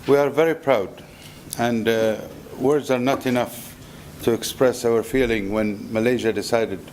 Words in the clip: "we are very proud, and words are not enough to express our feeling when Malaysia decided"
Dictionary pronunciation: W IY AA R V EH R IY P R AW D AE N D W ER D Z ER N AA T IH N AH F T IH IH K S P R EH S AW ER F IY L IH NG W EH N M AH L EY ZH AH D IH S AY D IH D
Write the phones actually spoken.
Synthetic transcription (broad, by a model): W IY AA R V EH R IY P R AW D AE N D W ER D Z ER N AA T IH N AH F T IH IH K S P R EH S AW ER F IY L IH NG W EH N M AH L EY ZH AH D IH S AY D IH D